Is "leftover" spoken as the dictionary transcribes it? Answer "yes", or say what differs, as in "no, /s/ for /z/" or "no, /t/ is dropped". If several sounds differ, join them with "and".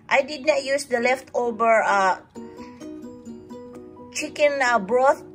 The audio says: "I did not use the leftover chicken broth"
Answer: no, /b/ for /v/